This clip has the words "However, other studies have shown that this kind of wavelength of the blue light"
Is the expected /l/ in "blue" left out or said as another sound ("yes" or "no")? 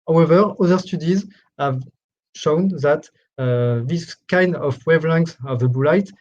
yes